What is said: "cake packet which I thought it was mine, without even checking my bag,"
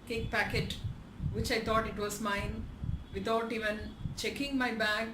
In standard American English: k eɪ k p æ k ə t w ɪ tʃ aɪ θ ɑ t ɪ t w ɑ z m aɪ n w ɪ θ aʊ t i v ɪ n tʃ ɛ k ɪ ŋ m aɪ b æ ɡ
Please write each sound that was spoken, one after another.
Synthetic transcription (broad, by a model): k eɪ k p æ k ə t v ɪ tʃ aɪ t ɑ t ɪ t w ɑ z m aɪ n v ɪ t aʊ t i v ɪ n tʃ ɛ k ɪ ŋ m aɪ b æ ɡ